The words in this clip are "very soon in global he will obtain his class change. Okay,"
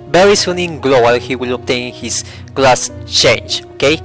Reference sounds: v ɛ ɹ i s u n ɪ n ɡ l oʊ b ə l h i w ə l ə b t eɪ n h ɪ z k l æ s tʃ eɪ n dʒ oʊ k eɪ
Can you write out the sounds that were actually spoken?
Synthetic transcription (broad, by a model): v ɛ ɹ i s u n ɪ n ɡ l oʊ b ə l h i w ə l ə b t eɪ n h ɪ s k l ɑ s tʃ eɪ n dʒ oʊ k eɪ